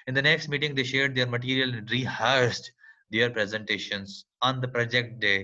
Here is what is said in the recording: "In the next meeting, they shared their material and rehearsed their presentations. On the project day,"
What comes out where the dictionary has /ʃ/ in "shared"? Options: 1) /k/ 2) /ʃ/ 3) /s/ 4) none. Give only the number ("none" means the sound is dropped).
2